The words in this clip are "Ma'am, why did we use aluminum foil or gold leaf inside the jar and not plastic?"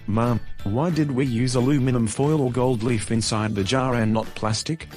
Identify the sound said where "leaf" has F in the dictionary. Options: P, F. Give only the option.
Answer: F